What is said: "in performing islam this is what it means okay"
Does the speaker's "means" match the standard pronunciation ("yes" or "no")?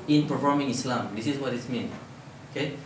no